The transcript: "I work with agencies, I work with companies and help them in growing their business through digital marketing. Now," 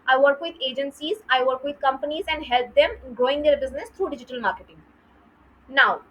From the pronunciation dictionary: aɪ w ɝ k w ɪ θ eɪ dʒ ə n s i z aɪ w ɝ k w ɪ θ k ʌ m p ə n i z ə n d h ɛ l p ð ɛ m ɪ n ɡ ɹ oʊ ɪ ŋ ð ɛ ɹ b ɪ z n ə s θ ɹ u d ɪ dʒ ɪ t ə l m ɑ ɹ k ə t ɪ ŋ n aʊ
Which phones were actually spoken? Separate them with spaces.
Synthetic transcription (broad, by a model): aɪ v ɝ k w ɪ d eɪ dʒ ə n s i z aɪ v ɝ k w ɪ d k ʌ m p ə n i z ə n d h ɛ l p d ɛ m ɡ oʊ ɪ ŋ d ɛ ɹ b ɪ z n ə s t ɹ u d ɪ dʒ ɪ t ə l m ɑ ɹ k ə t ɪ ŋ n aʊ